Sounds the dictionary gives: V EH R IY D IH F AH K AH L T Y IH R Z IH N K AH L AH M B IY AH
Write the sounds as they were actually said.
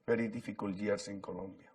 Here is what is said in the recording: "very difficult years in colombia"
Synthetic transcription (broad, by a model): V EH R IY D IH F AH K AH L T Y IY R S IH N K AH L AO M B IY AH